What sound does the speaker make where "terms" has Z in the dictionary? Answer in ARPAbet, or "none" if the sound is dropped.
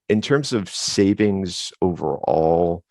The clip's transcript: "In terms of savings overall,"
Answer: Z